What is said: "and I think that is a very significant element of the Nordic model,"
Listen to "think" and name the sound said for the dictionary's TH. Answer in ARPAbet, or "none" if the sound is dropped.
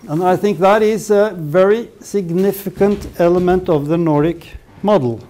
TH